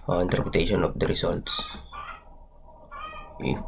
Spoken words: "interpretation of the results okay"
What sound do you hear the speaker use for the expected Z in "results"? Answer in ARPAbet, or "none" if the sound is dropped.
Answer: S